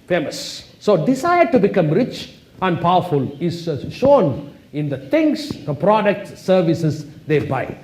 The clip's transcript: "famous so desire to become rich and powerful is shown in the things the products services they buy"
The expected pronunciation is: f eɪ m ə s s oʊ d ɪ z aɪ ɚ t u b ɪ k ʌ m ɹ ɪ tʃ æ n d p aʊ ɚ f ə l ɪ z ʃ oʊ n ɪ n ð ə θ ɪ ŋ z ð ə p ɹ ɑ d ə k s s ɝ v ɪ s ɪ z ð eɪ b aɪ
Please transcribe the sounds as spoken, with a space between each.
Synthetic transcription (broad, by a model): f eɪ m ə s s oʊ d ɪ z aɪ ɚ t u b ɪ k ʌ m ɹ ɪ tʃ æ n d p aʊ ɚ f ə l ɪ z ʃ oʊ n ɪ n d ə t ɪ ŋ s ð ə p ɹ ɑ d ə k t s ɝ v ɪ s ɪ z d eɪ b aɪ